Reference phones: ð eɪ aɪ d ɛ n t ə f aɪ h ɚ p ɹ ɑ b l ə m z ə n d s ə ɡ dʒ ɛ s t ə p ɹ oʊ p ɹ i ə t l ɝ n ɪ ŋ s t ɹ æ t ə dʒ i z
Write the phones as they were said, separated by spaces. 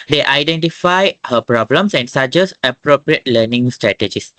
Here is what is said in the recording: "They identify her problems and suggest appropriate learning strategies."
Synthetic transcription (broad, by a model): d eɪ aɪ d ɛ n t ə f aɪ h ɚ p ɹ ɑ b l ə m s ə n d s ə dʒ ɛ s ə p ɹ oʊ p ɹ i ə t l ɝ n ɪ ŋ s t ɹ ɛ t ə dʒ i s